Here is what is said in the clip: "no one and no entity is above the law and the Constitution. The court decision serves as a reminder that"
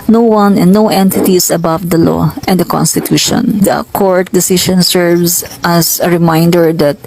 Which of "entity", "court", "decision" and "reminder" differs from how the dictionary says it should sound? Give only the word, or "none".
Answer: decision